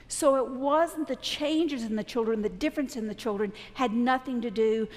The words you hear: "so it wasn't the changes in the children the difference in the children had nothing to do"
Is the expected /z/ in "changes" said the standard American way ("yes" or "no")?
yes